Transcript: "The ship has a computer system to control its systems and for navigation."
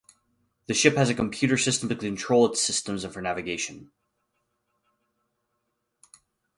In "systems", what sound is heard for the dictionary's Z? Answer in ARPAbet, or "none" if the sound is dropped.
Z